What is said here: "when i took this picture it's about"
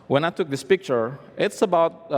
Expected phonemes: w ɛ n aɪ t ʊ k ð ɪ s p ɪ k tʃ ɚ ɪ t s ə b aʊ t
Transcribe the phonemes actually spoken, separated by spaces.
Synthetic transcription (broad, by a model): w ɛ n aɪ t ʊ k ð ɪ s p ɪ k tʃ ɚ ɪ t s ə b aʊ t